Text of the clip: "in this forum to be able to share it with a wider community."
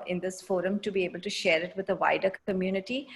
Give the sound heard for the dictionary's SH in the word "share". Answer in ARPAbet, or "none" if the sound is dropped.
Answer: SH